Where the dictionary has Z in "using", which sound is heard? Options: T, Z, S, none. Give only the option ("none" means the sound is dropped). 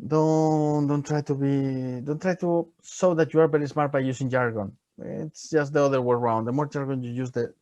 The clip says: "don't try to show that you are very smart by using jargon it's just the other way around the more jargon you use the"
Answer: S